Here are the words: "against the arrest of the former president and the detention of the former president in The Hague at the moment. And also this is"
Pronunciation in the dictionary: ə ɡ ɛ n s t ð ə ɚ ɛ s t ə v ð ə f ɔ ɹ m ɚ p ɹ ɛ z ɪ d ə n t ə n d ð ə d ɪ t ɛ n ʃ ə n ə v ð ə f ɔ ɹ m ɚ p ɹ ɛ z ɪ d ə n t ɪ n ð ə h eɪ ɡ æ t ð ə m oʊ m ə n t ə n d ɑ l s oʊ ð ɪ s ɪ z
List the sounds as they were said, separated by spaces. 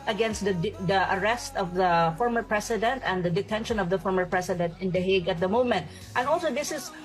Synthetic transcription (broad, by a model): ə ɡ ɛ n s t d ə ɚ ɛ s t ə v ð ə f ɔ ɹ m ɚ p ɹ ɛ s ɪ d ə n t ə n d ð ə d ɪ t ɛ n ʃ ə n ə v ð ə f ɔ ɹ m ɚ p ɹ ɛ s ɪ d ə n t ɪ n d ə h eɪ ɡ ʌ t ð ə m oʊ m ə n t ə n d ɑ l s oʊ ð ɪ s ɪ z